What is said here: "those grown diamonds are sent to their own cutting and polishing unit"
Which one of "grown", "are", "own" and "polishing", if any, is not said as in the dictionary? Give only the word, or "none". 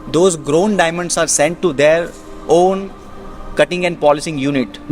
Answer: polishing